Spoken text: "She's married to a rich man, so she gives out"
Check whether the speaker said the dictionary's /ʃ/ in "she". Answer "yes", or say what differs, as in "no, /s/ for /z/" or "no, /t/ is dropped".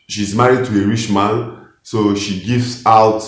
yes